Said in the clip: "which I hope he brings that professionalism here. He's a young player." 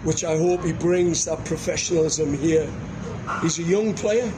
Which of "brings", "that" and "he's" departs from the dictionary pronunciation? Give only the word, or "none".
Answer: none